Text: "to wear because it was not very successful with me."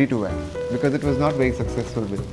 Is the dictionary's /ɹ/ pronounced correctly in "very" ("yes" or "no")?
yes